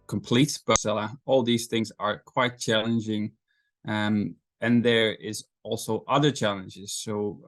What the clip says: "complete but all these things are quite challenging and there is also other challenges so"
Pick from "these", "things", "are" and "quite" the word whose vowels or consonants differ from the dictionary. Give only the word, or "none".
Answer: none